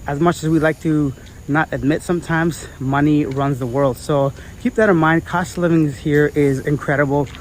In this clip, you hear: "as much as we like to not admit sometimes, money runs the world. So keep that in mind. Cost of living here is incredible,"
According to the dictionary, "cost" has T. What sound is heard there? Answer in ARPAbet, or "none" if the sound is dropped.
T